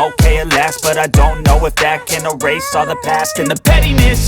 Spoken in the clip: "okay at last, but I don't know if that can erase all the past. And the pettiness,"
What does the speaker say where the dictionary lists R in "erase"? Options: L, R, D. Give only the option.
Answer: R